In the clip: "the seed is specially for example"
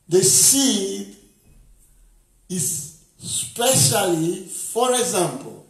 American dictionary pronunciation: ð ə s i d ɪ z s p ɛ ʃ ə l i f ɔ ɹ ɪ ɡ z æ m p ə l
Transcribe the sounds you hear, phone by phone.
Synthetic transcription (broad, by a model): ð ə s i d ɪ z s p ɛ ʃ ə l i f ɔ ɹ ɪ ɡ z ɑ m p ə l